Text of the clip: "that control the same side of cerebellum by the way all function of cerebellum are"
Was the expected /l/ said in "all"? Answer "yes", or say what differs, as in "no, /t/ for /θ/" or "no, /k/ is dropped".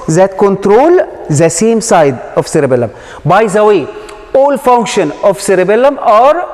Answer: yes